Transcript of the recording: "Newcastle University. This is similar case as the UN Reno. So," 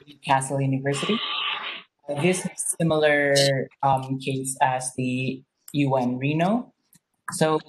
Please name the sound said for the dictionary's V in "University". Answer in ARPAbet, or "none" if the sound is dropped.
V